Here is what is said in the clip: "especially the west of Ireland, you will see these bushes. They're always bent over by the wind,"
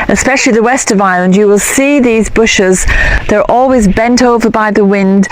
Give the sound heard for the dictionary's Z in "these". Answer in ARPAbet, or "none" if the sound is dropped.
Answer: Z